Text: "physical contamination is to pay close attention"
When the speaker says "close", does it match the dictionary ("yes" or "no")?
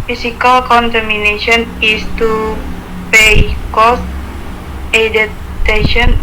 no